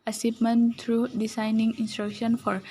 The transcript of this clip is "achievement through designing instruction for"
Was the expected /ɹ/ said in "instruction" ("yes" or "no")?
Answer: yes